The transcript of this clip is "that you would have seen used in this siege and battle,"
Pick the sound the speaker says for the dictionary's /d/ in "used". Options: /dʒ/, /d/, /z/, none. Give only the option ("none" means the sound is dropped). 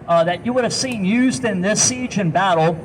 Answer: /d/